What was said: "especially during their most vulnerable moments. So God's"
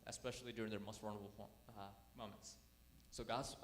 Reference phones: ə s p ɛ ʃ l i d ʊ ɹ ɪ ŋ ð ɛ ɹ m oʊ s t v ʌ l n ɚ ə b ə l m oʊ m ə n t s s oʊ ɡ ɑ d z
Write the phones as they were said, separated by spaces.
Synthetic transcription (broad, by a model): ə s p ɛ ʃ l i d ʊ ɹ ɪ ŋ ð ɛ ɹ m oʊ s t w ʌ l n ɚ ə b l m oʊ m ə n t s s oʊ ɡ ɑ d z